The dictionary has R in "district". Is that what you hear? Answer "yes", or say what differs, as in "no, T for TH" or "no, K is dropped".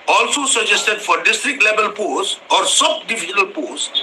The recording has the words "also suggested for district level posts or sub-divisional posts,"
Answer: yes